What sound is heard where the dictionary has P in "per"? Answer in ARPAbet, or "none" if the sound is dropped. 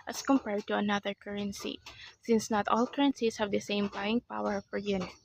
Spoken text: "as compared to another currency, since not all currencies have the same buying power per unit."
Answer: F